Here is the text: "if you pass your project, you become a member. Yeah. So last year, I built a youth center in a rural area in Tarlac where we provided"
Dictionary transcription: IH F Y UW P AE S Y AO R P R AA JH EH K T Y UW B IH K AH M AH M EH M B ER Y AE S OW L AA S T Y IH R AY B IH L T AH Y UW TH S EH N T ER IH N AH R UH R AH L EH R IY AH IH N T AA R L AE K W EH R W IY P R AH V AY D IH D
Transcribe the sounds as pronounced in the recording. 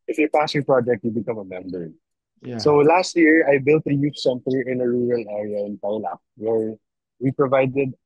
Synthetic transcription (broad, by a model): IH F Y UW P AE S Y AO R P R AA JH EH K T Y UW B IH K AH M AH M EH M B ER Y S OW L AA S T Y IH R AY B IH L T AH Y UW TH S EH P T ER IH N AH R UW R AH L EH R IY AH IH N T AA W L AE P W EH R W IY P R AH V AY D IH D